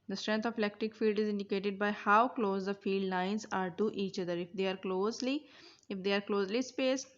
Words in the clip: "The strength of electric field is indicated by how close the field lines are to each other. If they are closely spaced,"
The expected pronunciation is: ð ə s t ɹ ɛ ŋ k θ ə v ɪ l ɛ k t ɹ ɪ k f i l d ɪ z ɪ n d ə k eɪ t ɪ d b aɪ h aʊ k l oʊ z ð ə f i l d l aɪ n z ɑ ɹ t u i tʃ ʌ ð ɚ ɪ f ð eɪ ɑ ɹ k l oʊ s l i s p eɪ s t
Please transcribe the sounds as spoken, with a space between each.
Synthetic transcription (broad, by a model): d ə s t ɹ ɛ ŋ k t ə v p l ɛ k t ɪ k f i l d ɪ z ɪ n d ə k eɪ t ɪ d b aɪ h aʊ k l oʊ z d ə f i l d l aɪ n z ɑ ɹ t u i tʃ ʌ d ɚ ɪ f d eɪ ɑ ɹ k l oʊ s l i s p eɪ s